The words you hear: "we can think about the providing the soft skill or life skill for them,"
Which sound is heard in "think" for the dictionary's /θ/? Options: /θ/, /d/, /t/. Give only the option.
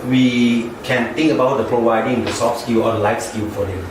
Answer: /t/